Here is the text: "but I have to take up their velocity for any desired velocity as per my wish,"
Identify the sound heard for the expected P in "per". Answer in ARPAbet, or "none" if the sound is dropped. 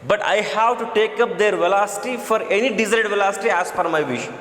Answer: F